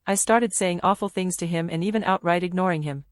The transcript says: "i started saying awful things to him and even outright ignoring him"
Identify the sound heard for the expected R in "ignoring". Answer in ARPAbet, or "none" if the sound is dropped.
R